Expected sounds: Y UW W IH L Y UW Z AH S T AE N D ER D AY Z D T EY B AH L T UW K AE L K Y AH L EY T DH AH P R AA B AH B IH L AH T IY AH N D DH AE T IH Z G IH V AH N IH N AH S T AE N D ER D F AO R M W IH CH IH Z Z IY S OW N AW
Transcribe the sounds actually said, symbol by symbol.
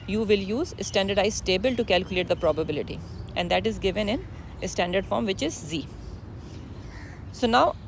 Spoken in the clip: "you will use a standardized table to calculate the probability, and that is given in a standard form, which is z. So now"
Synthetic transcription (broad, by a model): Y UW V IH L Y UW Z AH S T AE N D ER D AY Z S T EY B AH L T UW K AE L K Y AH L EY T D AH P R AA B AH B IH L AH T IY AH N D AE T IH Z G IH V AH N IH N AH S T AE N D ER D F AO R M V IH CH IH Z Z IY S OW N AW